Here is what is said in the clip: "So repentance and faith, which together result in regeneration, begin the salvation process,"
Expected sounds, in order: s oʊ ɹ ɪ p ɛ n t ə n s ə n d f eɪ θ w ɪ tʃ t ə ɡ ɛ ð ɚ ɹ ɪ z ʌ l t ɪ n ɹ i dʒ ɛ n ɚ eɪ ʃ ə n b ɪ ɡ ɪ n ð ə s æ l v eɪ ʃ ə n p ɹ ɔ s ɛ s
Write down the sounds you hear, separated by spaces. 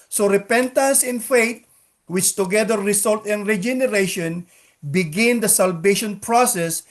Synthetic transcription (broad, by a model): s oʊ ɹ ɪ p ɛ n t ə n s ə n f eɪ t w ɪ tʃ t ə ɡ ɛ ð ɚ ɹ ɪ s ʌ l t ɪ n ɹ i dʒ ɛ n ɚ eɪ ʃ ə n b ɪ ɡ ɪ n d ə s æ l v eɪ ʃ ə n p ɹ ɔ s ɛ s